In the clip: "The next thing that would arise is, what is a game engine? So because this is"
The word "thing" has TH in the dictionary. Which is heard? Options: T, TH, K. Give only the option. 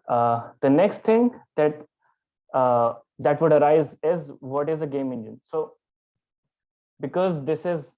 T